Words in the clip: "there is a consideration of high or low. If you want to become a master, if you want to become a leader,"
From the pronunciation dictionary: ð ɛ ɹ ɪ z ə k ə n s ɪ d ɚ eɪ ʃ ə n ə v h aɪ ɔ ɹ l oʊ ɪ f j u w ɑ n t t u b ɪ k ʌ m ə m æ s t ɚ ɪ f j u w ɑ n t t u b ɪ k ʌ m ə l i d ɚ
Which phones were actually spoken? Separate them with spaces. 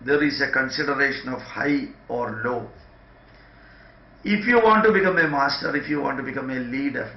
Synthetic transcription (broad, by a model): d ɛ ɹ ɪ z ə k ə n s ɪ d ɚ eɪ ʃ ə n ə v h aɪ ɔ ɹ l oʊ ɪ f j u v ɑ n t t u b ɪ k ʌ m ə m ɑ s t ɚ ɪ f j u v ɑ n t t u b ɪ k ʌ m ə l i d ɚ